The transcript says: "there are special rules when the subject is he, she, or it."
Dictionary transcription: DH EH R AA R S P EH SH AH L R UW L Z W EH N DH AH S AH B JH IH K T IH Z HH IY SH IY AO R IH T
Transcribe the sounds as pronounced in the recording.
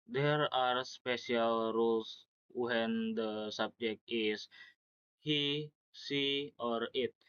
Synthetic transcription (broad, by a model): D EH R AA R S P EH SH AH L R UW L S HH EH N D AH S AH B JH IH K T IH S HH IY S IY AO R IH T